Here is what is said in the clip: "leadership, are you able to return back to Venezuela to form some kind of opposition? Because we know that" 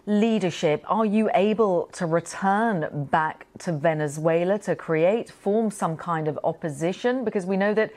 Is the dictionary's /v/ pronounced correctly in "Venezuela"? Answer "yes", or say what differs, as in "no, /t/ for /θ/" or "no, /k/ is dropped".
yes